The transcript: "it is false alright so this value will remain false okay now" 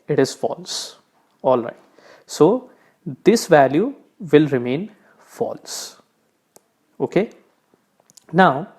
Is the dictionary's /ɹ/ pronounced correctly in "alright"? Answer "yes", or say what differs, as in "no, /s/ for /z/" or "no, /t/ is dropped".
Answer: yes